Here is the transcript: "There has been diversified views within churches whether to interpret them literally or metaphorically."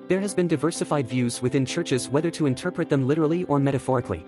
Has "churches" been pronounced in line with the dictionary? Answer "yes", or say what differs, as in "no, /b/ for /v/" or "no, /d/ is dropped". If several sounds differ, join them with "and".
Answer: yes